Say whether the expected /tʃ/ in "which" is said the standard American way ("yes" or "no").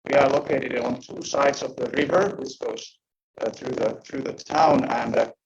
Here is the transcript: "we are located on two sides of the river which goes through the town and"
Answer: no